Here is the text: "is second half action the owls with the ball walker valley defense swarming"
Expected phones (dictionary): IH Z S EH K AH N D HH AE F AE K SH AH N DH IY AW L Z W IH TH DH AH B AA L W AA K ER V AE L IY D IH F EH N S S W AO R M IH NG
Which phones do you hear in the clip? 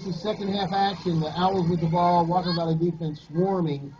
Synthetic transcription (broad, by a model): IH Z S EH K AH N D HH AE F AE K SH AH N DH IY AW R Z W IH DH AH B AA L W AA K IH B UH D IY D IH F EH N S S W AO R M IH NG